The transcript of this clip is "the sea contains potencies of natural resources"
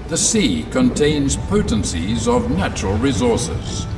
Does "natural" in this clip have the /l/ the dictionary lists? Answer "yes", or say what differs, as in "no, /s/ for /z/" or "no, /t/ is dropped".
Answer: yes